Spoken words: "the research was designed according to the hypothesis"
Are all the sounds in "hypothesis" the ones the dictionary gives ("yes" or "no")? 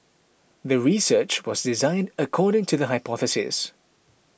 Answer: yes